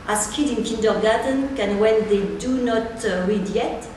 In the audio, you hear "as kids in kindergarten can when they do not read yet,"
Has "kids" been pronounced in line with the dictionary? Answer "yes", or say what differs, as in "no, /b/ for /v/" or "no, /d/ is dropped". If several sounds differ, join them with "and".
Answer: no, /z/ is dropped